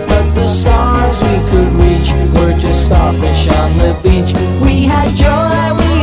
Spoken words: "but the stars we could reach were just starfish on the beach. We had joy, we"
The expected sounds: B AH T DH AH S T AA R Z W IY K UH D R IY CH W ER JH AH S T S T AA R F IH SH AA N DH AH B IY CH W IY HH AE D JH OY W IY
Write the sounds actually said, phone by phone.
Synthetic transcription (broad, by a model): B AH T DH AH S T AA R Z W IY K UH D R IY CH W ER JH AH S T S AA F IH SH N DH AH B IY CH W IY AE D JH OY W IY